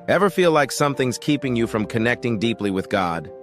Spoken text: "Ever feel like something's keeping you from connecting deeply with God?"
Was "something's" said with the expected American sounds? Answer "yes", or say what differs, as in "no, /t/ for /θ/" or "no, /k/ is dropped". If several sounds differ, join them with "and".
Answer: yes